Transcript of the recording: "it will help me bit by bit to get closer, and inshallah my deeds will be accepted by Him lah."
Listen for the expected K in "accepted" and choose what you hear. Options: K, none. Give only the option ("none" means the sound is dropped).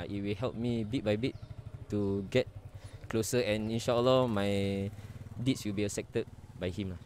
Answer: none